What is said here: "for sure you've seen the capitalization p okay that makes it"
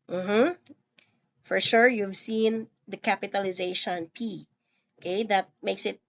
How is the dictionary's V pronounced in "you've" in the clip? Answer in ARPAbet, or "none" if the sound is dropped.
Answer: V